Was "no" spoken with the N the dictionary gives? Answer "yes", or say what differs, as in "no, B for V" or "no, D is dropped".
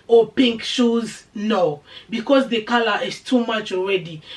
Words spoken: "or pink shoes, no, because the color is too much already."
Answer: yes